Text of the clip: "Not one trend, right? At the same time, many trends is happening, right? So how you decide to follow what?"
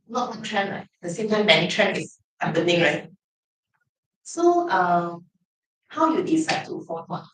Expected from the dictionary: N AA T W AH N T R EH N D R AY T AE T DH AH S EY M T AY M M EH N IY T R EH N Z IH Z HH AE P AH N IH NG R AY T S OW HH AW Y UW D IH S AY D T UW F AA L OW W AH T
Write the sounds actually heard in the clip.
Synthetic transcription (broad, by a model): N AA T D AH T R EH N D R AY T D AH S EY M T AY M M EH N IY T R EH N IH S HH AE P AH N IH NG R AY T S OW HH AW Y UW D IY S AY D T UW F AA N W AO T